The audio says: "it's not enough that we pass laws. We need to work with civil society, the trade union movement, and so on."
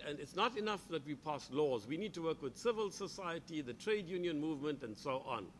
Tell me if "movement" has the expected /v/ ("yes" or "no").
yes